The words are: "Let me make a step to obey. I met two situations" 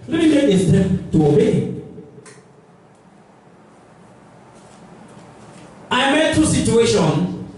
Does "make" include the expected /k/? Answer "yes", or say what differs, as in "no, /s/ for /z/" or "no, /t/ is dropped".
no, /k/ is dropped